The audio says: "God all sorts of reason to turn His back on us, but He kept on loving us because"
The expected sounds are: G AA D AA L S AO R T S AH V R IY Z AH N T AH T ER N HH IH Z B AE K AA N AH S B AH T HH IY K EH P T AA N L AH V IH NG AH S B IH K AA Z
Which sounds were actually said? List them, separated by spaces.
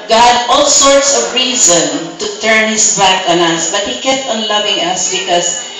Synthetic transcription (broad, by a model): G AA D AA L S AO R T S AH V R IY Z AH N T AH T ER N HH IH S B AE K AA N AH S B AH T HH IY K EH P T AA N L AH V IH NG AH S B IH K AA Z